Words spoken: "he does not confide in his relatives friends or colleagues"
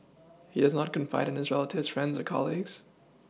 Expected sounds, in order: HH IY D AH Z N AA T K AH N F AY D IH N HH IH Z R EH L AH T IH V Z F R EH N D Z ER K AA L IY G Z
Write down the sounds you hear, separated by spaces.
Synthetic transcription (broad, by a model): HH IY D AH Z N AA T K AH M F AY D IH N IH Z R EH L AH T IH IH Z F R EH N D Z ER K AA L IY G Z